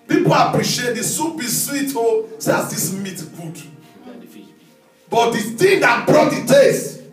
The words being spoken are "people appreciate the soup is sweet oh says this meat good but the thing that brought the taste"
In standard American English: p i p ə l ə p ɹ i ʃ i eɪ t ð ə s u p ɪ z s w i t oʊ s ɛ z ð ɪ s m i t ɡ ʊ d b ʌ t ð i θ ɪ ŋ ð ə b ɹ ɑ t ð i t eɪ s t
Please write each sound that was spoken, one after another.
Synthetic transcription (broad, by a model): p i p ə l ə p ɹ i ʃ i eɪ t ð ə s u b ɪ s w i t oʊ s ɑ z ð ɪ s m i t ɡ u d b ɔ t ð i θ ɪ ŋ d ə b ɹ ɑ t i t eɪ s